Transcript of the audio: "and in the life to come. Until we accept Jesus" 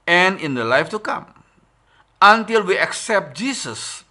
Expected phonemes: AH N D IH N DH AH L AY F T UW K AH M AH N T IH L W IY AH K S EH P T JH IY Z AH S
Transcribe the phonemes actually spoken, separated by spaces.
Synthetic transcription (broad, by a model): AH N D IH N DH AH L AY F T UW K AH M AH N T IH L W IY AH K S EH P T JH IY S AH S